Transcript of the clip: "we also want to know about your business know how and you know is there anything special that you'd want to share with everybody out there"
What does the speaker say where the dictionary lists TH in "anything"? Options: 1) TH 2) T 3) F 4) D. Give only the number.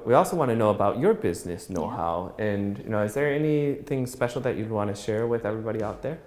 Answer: 1